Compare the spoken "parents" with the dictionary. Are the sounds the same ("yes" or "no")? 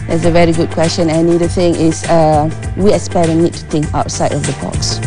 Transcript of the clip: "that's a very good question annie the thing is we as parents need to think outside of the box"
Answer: no